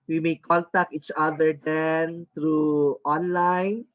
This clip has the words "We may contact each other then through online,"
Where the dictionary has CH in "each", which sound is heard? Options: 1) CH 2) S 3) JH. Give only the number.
1